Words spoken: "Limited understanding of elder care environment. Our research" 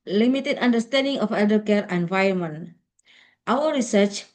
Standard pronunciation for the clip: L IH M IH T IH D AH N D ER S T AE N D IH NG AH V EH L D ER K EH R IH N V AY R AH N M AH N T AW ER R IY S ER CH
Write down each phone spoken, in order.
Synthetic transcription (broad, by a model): L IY M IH T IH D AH N D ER S T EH N D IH NG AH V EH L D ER K EH R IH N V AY AH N M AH N T AW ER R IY S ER CH